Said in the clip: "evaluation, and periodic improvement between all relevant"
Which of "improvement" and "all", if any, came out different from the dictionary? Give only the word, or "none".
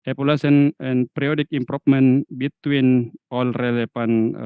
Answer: improvement